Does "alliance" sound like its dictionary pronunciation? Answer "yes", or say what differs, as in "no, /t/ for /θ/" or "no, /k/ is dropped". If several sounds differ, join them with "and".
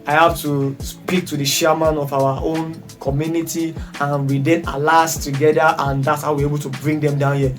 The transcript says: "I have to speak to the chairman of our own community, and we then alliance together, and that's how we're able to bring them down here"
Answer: no, /n/ is dropped